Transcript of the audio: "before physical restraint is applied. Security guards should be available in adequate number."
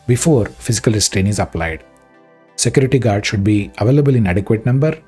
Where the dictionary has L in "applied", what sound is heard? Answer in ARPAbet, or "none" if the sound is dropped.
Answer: L